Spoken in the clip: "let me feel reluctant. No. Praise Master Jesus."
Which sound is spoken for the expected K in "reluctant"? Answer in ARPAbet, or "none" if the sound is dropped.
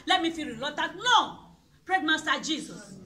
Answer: none